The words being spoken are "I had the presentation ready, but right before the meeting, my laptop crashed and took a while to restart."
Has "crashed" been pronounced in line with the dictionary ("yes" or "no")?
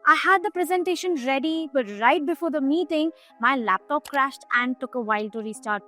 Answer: yes